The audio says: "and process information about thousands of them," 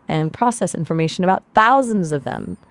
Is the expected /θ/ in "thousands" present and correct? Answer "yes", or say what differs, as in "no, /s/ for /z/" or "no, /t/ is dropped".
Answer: yes